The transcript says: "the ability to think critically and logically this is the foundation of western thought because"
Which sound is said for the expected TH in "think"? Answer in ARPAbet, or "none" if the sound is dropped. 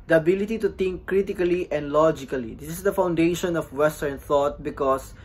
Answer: T